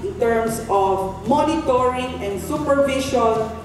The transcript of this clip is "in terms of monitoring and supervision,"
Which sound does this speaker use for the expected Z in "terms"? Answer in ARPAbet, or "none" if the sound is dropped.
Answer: S